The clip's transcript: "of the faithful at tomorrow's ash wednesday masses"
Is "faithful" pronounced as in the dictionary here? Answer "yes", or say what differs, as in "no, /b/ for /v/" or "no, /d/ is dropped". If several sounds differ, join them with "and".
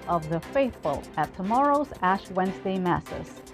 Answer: yes